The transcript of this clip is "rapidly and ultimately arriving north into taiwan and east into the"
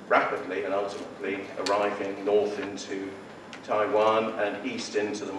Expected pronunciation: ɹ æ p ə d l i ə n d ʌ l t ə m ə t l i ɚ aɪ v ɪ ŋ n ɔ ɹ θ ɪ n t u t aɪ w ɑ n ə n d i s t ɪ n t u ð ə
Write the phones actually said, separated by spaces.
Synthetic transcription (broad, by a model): ɹ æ p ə d l i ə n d ʌ l t ə m ə t l i ɚ aɪ v ɪ ŋ n ɔ θ ɪ n t u t aɪ w ɑ n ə n i s t ɪ n t u ð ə